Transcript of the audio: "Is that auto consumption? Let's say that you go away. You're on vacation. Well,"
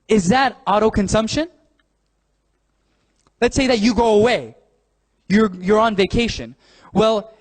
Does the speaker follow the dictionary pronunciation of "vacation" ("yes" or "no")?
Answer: yes